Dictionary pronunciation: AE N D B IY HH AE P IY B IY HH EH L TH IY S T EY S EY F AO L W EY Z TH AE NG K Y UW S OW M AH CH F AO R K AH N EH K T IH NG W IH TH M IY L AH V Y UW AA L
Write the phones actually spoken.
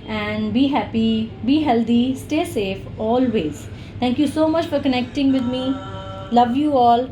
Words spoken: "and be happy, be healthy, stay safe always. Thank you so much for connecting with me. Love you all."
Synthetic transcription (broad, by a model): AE N D B IY HH AE P IY B IY HH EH L T IY S T EY S EY F AO L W EY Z T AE NG K Y UW S OW M AH CH F AO R K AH N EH K T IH NG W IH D M IY L AH V Y UW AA L